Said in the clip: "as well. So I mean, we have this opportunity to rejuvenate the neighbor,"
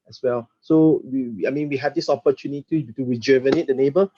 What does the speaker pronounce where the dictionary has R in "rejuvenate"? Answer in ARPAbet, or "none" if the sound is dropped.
W